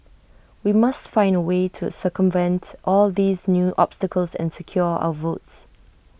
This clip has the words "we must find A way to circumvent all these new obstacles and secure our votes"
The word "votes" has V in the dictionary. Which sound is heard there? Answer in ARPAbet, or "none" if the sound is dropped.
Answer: V